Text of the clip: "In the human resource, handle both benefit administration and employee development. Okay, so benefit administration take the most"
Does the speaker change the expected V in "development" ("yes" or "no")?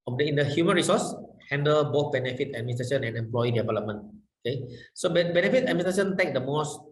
no